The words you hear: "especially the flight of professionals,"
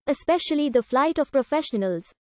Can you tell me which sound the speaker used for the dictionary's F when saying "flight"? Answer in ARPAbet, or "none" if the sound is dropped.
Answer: F